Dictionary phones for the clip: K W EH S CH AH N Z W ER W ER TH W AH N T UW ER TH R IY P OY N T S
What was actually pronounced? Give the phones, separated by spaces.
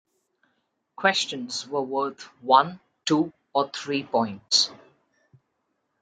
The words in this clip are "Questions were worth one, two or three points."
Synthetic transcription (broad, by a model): K W EH S CH AH N Z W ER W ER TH W AH N T UW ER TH R IY P OY N T S